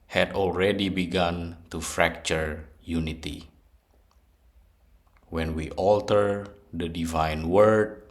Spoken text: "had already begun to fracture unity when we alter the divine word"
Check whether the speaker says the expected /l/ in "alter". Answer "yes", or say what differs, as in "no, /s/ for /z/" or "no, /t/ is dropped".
yes